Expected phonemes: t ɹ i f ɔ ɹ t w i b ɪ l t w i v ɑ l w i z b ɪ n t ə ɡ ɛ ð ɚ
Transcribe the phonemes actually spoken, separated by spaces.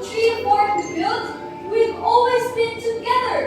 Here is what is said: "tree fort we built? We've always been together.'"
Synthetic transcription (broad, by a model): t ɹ i p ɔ ɹ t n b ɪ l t w i v ɑ l w i z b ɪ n t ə ɡ ɛ ð ɚ